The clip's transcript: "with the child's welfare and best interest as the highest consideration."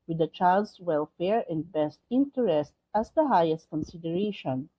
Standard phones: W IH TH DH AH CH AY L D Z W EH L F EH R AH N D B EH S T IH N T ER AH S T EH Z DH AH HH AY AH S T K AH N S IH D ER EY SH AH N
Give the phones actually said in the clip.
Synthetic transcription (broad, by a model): W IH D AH CH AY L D S W EH L F EH R AH N D B EH S T IH N T ER AH S T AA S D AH HH AY AH S T K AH N S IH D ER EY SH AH N